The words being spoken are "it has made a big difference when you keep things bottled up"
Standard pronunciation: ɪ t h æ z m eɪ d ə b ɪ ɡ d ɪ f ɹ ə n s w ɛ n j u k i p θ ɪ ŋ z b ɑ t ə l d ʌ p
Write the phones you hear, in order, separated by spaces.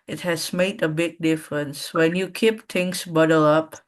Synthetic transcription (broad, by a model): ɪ t h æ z m eɪ d ə b ɪ ɡ d ɪ f ɹ ə n s w ɛ n j u k i p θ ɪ ŋ s b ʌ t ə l ʌ p